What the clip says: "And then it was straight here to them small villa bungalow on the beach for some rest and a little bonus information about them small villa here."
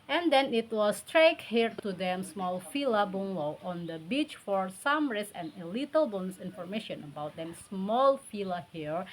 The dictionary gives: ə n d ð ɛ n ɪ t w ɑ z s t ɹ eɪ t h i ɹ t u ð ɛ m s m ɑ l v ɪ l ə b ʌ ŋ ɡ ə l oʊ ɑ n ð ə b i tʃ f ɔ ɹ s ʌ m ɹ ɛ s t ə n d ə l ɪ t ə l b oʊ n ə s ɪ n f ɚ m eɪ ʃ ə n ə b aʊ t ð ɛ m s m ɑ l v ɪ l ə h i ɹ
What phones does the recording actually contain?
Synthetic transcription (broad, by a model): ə n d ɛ n ɪ t w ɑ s t ɹ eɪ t h i ɹ t u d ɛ m s m ɑ l f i l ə b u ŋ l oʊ ɑ n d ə b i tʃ f ɔ ɹ s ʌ m ɹ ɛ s ə n ə l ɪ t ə l b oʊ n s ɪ n f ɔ m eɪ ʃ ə n ə b aʊ t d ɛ m s m ɑ l f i l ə h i ɹ